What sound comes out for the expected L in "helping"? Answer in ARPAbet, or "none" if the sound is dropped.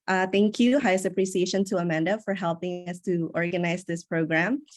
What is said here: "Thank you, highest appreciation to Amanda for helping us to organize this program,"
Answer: L